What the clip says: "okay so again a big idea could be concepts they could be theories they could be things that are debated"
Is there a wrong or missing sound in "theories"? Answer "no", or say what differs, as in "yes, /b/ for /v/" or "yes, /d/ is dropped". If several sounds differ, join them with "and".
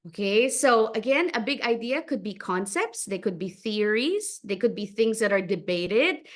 no